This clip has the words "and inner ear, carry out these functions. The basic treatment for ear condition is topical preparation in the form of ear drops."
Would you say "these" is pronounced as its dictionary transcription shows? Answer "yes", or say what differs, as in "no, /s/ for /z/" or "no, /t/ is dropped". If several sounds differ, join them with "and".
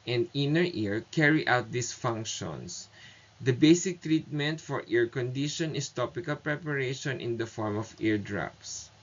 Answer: no, /s/ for /z/